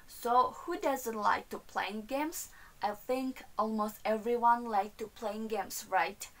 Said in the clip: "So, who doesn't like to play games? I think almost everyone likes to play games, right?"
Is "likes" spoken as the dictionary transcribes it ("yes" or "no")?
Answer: no